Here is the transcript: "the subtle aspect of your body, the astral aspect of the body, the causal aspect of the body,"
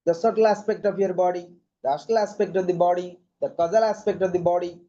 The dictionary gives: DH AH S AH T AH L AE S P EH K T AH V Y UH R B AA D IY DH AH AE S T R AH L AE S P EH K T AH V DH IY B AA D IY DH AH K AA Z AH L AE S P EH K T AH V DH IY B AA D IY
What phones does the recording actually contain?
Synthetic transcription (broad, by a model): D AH S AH T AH L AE S P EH K T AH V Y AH R B AA D IY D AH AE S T AH L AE S P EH K T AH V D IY B AA D IY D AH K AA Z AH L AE S P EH K T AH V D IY B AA D IY